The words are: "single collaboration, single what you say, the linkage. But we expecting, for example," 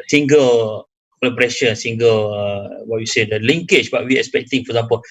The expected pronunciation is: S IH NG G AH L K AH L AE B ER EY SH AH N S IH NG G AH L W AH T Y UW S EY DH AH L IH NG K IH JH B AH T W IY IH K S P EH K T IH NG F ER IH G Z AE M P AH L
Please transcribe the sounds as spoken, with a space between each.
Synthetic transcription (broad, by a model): S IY NG G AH L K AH L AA B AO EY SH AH N S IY NG G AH L W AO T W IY S EY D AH L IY NG K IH CH B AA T W IY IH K S P EH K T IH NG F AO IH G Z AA M P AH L